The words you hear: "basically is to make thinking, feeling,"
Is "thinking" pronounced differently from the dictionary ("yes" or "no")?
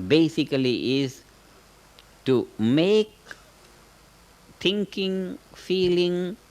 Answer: yes